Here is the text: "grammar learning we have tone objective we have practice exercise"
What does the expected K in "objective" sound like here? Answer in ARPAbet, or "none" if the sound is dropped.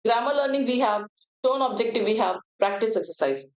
K